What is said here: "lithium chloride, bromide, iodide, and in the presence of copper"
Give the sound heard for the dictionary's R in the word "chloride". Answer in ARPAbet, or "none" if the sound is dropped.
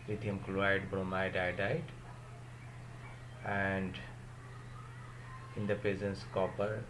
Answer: none